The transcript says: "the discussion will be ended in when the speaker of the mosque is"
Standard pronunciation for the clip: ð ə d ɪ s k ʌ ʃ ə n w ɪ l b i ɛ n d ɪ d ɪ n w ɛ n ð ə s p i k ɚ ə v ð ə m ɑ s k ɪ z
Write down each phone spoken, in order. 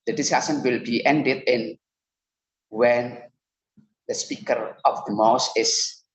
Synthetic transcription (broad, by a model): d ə d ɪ s k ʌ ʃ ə n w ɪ l b i ɛ n d ɪ d ɪ n w ɛ n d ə s p i k ɚ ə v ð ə m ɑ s ɪ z